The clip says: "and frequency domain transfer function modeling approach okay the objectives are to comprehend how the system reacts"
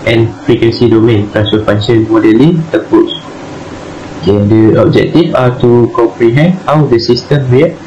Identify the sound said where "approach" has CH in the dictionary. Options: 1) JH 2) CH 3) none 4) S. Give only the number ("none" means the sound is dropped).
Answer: 4